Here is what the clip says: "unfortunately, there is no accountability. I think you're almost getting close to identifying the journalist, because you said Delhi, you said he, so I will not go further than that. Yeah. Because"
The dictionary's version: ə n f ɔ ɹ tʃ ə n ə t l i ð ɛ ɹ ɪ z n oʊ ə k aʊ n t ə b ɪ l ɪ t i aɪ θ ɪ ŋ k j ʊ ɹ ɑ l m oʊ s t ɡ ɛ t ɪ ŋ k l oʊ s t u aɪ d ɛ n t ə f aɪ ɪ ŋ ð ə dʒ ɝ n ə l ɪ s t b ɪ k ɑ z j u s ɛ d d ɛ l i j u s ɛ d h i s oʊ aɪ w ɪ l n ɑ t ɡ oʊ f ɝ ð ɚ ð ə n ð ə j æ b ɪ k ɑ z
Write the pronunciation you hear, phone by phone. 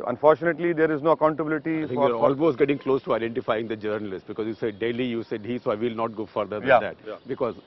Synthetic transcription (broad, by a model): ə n f ɔ ɹ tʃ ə n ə t l i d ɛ ɹ ɪ z n oʊ ə k aʊ n t ə b ɪ l ɪ t i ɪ f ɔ k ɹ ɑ l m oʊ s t ɡ ɛ t ɪ ŋ k l oʊ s t u aɪ d ɛ n t ə f aɪ ɪ ŋ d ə dʒ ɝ n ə l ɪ s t b ɪ k ɑ z j u s ɛ d d ɛ l i j u s ɛ d h i s oʊ aɪ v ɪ l n ɑ t ɡ oʊ f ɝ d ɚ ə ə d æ b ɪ k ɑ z